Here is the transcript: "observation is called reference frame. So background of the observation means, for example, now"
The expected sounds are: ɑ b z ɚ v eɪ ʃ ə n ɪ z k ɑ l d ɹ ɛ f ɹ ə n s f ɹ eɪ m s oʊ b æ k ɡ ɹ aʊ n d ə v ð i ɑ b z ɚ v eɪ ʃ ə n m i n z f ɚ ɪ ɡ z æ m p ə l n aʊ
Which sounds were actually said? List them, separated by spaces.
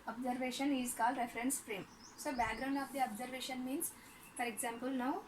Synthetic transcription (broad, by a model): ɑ b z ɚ v eɪ ʃ ə n ɪ z k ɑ l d ɹ ɛ f ɹ ə n s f ɹ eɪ m s oʊ b æ k ɡ ɹ aʊ n d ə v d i ɑ b z ɚ v eɪ ʃ ə n m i n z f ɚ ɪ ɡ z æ m p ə l n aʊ